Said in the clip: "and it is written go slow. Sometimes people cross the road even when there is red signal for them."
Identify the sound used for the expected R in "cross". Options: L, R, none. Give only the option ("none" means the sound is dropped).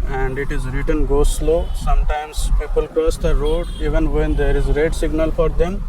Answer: none